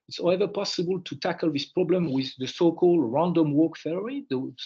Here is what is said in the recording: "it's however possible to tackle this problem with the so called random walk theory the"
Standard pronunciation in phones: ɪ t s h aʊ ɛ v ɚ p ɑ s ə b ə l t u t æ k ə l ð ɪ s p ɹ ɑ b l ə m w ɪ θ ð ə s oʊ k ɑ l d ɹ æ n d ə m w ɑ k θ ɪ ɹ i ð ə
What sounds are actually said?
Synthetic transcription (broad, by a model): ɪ t s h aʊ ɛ v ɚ p ɑ s ə b ə l t u t æ k ə l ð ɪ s p ɹ ɑ b l ə m w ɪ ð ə s oʊ k ɑ l d ɹ æ n d ə m w ɑ k f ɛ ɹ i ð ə